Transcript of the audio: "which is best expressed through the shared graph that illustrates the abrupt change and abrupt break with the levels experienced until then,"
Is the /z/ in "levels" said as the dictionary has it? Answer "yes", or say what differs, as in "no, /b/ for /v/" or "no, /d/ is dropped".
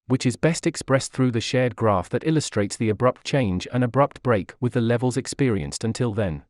yes